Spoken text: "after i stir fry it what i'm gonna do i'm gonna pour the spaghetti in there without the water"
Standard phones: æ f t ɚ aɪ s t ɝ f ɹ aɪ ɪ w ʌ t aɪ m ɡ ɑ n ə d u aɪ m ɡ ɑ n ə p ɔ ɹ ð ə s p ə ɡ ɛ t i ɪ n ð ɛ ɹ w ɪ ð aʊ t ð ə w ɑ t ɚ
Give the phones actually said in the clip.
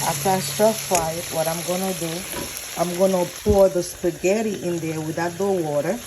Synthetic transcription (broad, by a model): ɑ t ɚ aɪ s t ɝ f aɪ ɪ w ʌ t aɪ m ɡ ɑ n ə d u aɪ m ɡ ɑ n ə p ɔ ɹ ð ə s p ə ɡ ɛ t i ɪ n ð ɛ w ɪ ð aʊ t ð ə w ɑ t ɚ